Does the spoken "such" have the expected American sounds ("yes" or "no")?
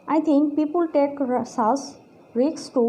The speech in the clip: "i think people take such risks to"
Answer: no